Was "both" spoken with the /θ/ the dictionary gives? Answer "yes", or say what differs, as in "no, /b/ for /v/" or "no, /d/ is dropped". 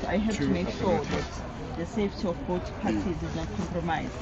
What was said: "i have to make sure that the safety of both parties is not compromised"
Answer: no, /t/ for /θ/